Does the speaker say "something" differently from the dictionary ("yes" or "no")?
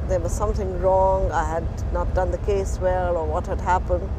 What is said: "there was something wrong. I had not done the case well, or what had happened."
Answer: no